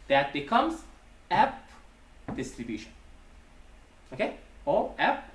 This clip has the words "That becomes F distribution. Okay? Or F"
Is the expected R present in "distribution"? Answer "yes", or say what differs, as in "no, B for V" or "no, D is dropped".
yes